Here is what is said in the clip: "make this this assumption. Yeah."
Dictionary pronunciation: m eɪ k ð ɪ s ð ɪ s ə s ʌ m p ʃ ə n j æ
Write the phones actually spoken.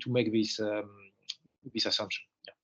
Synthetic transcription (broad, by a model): m eɪ k ð ɪ s ð ɪ s ə s ʌ m p ʃ ə n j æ